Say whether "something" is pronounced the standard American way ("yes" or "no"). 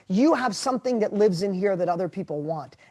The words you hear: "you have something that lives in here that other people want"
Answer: yes